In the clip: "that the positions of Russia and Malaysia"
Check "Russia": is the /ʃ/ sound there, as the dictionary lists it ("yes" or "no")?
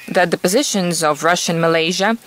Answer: yes